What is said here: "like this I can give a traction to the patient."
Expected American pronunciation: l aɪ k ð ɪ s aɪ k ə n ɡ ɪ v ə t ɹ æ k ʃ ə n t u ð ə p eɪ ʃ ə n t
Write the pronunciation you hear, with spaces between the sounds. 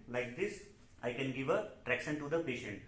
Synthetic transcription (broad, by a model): l aɪ k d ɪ s aɪ k ə n ɡ ɪ v ə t ɹ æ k s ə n t u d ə p eɪ ʃ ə n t